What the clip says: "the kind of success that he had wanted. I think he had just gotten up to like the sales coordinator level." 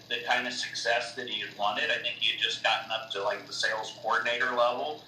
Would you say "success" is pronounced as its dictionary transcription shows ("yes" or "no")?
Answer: yes